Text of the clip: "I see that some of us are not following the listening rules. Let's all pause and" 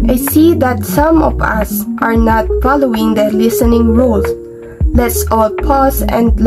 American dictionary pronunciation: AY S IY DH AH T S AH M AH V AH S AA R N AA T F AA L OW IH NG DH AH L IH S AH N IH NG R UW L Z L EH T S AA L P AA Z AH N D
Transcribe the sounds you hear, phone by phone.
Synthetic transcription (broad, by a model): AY S IY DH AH T S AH M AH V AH S AA R N AA T F AA L OW IH NG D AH L IH S AH N IH NG R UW L S L EH T S AA L P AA S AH N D